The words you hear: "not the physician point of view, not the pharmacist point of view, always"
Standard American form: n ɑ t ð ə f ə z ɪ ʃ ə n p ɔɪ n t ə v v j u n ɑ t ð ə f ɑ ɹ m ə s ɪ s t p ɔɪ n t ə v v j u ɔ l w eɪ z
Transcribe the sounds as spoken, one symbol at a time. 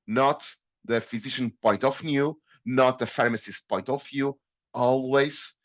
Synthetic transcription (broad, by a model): n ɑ t ð ə f ə z ɪ ʃ ə n p ɔɪ n t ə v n j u n ɑ t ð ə f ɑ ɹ m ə s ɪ s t p ɔɪ n t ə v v j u ɔ l w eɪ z